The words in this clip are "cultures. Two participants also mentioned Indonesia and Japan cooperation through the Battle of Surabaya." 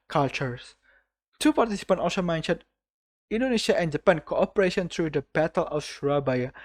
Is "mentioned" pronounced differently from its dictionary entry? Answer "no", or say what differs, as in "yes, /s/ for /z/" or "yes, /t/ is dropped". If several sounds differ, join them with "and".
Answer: yes, /d/ is dropped